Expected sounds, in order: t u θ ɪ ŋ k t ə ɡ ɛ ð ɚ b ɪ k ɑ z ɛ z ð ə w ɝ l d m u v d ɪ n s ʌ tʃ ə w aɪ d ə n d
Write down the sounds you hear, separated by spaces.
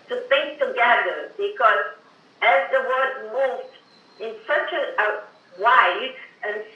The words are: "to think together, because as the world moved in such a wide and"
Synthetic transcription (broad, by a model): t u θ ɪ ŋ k t ə ɡ ɛ ð ɚ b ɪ k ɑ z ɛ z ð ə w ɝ d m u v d ɪ n s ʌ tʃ ə w aɪ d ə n